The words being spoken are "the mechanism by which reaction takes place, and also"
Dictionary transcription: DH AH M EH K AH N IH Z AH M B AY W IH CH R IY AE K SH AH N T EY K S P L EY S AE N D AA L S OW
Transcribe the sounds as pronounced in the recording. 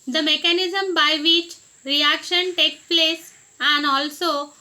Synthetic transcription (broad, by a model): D AH M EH K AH N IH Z AH M B AY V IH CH R IY AE K SH AH N T EY K P L EY S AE N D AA L S OW